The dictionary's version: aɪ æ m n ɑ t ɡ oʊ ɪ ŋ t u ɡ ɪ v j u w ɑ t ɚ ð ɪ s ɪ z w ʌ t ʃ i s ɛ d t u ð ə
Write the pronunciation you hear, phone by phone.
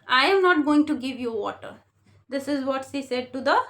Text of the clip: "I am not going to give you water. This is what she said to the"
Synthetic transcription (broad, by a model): aɪ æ m n ɑ t ɡ oʊ ɪ ŋ t u ɡ ɪ v j u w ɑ t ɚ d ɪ s ɪ z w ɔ t s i s ɛ d t u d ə